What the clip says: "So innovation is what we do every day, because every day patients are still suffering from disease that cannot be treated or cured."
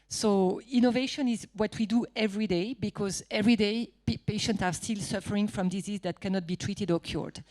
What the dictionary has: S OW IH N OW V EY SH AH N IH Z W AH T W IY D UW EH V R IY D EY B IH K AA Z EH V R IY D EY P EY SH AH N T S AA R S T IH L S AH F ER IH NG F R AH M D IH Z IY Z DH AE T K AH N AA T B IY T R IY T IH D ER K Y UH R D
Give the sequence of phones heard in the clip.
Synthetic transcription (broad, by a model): S OW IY N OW V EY SH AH N IH Z W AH T W IY D UW EH V R IY D EY B IH K AA Z EH V R IY D EY P EY SH AH N T S AA R S T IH L S AH F ER IH NG F R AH M D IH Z IY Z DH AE T K AH N AA T B IY T R IY T IH D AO K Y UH R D